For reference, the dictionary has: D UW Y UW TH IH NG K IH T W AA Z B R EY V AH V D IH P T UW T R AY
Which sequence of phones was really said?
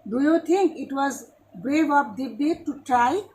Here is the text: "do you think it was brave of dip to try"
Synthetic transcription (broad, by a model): D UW Y UW T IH NG K IH T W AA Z B R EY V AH P D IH B T UW T R AY